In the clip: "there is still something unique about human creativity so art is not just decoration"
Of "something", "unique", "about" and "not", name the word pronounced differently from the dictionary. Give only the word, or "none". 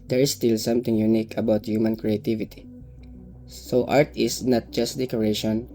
something